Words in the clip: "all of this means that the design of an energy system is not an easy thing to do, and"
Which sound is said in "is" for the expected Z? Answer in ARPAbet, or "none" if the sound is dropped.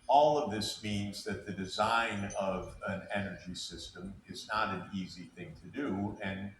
Z